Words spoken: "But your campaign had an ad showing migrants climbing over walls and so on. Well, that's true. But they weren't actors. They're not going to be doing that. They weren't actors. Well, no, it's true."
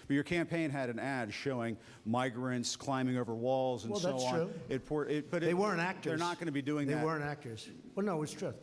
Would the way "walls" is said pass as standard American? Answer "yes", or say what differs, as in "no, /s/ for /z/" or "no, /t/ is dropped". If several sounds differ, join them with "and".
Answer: yes